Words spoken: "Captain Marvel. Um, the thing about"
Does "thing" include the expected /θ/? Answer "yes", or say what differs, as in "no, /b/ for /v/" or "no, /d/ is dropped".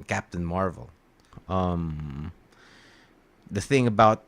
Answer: yes